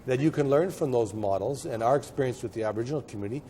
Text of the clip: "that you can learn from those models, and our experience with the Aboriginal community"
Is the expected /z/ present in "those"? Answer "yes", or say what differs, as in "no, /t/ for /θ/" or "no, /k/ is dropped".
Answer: yes